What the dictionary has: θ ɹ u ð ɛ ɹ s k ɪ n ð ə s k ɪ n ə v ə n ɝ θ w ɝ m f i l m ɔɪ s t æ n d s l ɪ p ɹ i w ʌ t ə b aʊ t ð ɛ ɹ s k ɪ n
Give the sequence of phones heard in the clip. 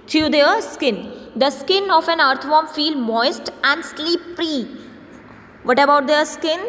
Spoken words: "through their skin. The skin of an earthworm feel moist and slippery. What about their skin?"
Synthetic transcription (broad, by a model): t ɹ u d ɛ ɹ s k ɪ n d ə s k ɪ n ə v ə n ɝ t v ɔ m f i l m ɔɪ s t æ n d s l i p ɹ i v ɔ t ə b aʊ t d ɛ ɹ s k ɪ n